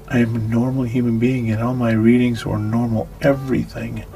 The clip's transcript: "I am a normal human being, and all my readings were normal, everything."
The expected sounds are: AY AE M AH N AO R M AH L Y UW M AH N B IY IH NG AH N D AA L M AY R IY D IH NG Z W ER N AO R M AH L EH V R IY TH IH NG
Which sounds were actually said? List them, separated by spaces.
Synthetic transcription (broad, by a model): AY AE M AH N AO R M L Y UW M AH N B IY IH NG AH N AA L M AY R IY D IH NG Z W ER N AO R M L EH V R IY TH IH NG